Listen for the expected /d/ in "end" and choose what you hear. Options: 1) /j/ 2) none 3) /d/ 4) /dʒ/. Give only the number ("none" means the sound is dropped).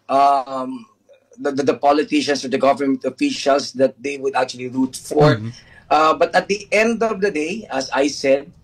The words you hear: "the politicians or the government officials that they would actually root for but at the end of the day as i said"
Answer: 3